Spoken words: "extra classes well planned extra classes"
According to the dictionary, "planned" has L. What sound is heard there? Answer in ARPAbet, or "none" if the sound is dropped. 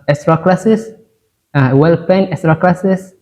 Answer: none